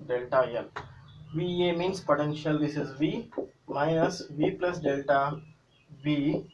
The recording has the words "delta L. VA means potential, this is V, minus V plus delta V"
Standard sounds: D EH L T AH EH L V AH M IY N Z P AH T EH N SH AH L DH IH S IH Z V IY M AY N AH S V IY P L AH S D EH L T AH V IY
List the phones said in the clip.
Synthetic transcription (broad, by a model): D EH L T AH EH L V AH M IY N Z P AH T EH N SH AH L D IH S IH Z V IY M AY AH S V IY P L AH S D EH L T AH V IY